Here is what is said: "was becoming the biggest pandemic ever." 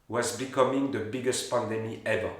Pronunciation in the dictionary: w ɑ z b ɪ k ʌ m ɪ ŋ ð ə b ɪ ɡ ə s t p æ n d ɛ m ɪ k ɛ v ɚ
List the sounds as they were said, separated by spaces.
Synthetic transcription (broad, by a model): w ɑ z b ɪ k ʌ m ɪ ŋ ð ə b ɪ ɡ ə s t p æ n d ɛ m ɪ ɛ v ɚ